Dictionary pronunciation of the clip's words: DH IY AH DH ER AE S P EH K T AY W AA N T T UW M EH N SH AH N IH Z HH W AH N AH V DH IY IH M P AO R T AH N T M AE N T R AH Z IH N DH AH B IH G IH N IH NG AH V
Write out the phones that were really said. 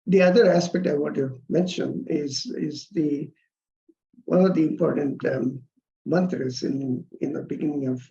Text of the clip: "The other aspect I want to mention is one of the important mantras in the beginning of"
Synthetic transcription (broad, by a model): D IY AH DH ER AE S P EH K T AY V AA T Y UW M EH N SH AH N IH Z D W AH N AH V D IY IH M P AO R T AH N T M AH N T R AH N IH N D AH B IH G IH N IH NG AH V